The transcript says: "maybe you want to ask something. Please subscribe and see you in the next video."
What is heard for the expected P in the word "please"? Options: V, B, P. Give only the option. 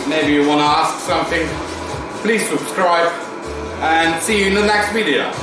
P